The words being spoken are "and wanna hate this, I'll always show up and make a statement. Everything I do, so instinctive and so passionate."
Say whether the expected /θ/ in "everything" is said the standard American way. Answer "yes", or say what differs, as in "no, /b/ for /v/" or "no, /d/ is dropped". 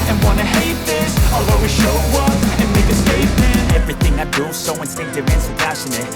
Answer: yes